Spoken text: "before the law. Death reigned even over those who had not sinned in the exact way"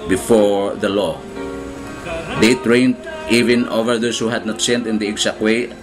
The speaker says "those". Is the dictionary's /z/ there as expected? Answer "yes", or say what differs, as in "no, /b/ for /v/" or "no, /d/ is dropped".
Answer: no, /s/ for /z/